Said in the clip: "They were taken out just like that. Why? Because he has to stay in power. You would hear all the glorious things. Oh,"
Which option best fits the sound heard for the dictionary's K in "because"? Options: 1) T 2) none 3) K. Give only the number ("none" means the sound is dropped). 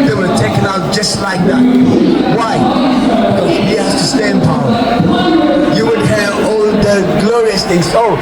2